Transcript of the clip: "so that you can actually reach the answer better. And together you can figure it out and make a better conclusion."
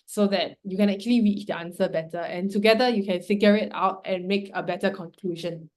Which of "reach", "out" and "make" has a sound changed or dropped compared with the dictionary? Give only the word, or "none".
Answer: reach